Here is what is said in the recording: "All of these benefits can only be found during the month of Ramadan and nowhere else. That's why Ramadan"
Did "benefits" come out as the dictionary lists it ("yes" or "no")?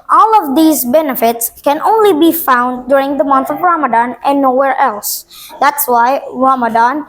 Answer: yes